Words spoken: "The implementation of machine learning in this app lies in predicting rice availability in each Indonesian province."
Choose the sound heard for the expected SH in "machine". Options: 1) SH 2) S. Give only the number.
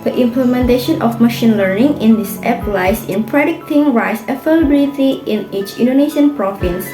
1